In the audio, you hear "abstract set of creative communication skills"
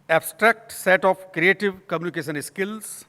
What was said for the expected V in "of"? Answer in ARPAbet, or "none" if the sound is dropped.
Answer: P